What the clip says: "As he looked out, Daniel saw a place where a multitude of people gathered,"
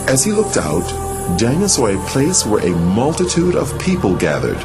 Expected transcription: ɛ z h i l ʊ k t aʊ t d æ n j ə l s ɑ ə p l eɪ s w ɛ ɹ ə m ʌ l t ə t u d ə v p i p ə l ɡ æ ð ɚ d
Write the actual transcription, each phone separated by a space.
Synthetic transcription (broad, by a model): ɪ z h i l ʊ k t aʊ t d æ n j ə s ɑ ə p l eɪ s w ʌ ɹ ə m ʌ l t ə t u d ə v p i p ə l ɡ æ ð ɚ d